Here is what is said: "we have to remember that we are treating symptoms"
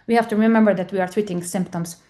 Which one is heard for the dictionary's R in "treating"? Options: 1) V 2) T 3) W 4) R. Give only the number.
3